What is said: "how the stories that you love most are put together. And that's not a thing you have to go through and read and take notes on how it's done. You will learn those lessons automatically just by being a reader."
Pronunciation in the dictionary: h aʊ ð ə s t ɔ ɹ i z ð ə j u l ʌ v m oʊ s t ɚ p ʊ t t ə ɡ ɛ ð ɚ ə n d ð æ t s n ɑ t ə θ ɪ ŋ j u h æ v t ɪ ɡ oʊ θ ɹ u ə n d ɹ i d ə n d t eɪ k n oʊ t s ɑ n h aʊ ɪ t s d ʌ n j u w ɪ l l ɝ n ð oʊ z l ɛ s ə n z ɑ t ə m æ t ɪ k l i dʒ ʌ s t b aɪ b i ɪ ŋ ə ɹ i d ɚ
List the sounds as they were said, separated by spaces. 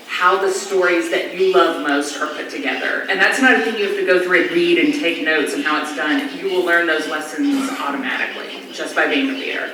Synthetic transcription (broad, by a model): h aʊ ð ə s t ɔ ɹ i z ð ə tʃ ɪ l ʌ v m oʊ s t ɚ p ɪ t t ə ɡ ɛ ð ɚ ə n ð æ t s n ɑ t ə θ ɪ ŋ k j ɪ f t ɪ ɡ oʊ θ ɹ u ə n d ɹ i d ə n t eɪ k n oʊ t s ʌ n h aʊ ɪ t s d ʌ n j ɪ w ɪ l l ɝ n ð oʊ z l ɛ s ə n z ɑ t ə m æ t ɪ k l i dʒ ʌ s b aɪ b i ɪ ŋ ə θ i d ɚ